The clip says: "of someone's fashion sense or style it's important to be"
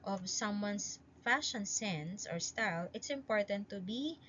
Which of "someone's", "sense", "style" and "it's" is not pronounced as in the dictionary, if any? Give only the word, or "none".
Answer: someone's